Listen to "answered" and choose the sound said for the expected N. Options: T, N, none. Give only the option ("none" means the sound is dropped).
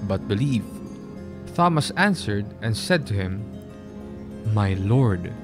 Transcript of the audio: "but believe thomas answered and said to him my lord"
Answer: N